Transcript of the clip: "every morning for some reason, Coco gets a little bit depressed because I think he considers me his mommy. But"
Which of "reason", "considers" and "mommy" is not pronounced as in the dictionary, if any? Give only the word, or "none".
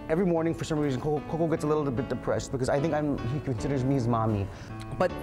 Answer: none